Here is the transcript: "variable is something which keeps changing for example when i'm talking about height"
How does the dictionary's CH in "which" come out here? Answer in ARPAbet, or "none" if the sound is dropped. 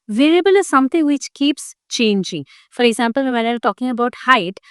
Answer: CH